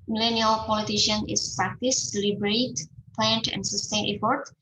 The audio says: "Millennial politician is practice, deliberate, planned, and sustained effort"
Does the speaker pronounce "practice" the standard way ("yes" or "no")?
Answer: yes